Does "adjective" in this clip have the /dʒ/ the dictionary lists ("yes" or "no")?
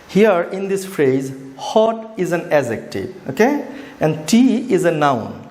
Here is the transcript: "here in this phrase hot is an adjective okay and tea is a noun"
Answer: no